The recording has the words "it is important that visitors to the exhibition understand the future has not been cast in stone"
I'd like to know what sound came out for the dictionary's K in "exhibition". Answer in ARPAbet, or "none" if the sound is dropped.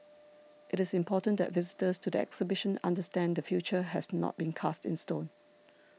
K